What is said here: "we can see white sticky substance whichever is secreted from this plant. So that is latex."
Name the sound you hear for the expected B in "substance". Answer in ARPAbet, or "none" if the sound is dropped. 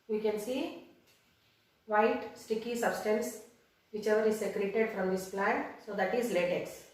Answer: B